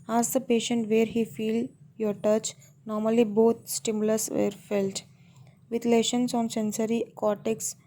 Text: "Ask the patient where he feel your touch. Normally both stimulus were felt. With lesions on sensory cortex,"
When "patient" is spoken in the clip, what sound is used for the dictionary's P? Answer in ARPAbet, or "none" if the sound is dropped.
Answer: P